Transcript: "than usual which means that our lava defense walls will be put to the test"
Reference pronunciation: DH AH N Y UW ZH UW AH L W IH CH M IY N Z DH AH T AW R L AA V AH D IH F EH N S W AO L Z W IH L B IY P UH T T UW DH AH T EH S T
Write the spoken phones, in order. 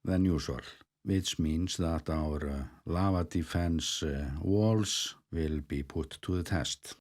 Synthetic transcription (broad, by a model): DH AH N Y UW S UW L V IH S M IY N S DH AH T AW R L AA V AH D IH F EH N S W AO L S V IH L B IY P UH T T UW DH AH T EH S T